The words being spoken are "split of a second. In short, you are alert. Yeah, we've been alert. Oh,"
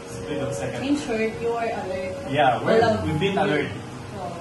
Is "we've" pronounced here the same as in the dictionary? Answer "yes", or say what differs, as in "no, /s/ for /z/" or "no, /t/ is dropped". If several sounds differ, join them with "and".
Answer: no, /w/ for /v/